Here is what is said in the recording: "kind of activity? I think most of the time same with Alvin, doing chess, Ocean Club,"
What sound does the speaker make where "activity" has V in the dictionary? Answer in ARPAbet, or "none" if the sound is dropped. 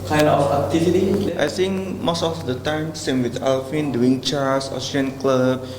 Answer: F